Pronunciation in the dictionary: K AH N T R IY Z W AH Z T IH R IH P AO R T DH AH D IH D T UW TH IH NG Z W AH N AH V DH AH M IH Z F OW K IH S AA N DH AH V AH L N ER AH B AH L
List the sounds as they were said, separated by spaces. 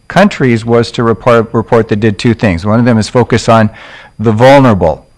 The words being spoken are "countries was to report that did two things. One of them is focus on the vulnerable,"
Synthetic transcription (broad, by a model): K AH N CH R IY Z W AH Z T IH R IH P AO R T DH AH D IH D T UW TH IH NG Z W AH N AH V DH AH M IH Z F OW K IH S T N DH AH V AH L N ER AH B L